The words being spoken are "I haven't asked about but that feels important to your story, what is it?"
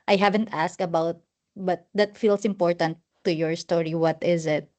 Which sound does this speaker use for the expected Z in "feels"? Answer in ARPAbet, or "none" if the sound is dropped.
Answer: S